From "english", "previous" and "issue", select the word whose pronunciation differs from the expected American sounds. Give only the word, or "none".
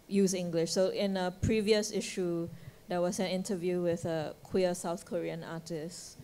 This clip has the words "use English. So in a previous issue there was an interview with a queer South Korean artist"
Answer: none